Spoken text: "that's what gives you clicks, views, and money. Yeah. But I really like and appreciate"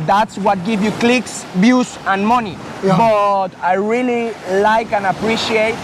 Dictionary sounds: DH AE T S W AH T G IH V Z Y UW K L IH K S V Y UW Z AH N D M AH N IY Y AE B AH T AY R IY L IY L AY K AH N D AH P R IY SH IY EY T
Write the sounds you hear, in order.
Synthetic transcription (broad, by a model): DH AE T S W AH T G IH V Y UW K L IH K S B Y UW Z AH N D M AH N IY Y B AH T AY R IY L IY L AY K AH N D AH P R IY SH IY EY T